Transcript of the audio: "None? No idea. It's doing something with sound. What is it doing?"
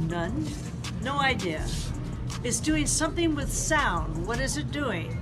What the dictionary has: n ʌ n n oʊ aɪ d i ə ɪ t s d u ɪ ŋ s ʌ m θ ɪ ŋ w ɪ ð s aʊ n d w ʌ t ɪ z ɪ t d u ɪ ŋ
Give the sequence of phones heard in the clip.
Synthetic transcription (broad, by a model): n ʌ n n oʊ aɪ d i ə ɪ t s d u ɪ ŋ s ʌ m θ ɪ ŋ w ɪ ð s aʊ n d w ʌ t ɪ z ɪ t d u ɪ ŋ